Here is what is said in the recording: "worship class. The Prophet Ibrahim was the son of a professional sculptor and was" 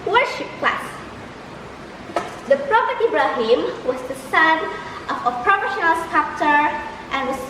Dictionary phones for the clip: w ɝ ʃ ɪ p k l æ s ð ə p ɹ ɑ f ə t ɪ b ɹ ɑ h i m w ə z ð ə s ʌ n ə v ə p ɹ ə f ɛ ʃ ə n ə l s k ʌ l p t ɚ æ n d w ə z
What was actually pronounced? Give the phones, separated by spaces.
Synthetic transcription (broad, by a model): w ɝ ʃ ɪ p k l æ s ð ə p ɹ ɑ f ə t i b ɹ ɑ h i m w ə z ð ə s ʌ n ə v ə p ɹ ə f ɛ ʃ ə n ə l s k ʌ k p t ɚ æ n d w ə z